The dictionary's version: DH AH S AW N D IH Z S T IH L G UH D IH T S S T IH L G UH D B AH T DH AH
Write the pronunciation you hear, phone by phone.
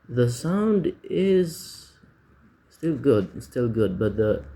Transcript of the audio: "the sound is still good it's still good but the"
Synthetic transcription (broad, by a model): DH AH S AW N D IH Z S T IH L G UH D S S T IH L G UH D B AH T DH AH